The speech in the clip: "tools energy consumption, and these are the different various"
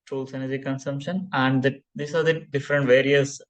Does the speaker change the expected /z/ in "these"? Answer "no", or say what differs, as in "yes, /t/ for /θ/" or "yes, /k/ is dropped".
yes, /s/ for /z/